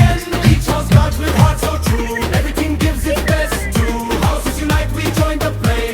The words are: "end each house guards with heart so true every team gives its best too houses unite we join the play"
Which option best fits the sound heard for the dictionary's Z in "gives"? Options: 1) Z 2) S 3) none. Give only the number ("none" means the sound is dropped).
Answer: 1